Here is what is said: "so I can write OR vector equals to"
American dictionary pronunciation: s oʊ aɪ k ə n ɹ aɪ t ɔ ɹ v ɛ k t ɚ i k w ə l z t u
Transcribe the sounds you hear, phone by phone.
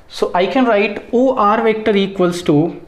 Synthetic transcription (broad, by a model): s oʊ aɪ k ə n ɹ aɪ t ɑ ɹ v ɛ k t ɚ i k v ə l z t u